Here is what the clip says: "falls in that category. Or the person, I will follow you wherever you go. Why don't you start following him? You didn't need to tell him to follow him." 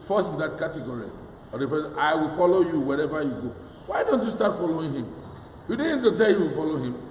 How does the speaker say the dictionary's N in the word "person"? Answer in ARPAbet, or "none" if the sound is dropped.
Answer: none